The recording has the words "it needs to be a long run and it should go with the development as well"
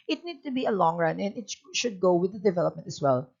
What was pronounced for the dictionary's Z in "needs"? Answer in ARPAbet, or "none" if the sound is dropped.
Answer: none